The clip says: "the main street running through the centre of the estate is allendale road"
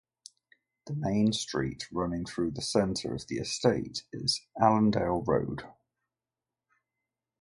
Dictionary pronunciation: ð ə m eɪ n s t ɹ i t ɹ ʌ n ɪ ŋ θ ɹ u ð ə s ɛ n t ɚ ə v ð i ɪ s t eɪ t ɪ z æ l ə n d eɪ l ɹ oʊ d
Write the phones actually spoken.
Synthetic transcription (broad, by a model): ð ə m eɪ n s t ɹ i t ɹ ʌ n ɪ ŋ θ ɹ u ð ə s ɛ n t ɚ ə v ð i ɪ s t eɪ t ɪ z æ l ə n d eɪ l ɹ oʊ d